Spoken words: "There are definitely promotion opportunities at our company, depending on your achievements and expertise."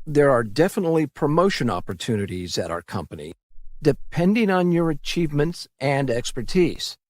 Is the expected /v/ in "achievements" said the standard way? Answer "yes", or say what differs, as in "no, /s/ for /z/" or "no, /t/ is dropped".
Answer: yes